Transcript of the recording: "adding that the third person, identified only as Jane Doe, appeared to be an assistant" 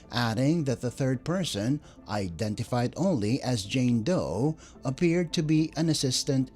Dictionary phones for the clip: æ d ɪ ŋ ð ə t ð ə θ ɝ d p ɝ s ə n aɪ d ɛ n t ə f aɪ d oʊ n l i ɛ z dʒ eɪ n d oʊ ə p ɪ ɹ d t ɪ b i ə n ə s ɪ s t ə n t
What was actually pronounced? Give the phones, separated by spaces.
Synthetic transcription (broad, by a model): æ d ɪ ŋ ð ə t ð ə θ ɝ d p ɝ s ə n aɪ d ɛ n t ə f aɪ d oʊ n l i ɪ z dʒ eɪ n d oʊ ə p ɪ ɹ d t ɪ b i ə n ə s ɪ s t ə n t